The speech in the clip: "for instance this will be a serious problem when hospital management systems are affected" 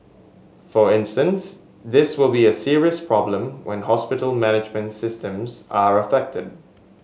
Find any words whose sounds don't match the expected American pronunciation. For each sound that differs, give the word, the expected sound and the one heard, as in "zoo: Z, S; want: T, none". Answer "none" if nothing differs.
none